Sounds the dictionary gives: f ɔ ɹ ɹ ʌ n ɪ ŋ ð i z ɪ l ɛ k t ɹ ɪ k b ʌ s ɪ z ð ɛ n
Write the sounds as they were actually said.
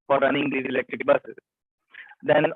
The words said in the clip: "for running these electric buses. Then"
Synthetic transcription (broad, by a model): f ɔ ɹ ɹ ʌ n ɪ ŋ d i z ɪ l ɛ k t ɹ ɪ k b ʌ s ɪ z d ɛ n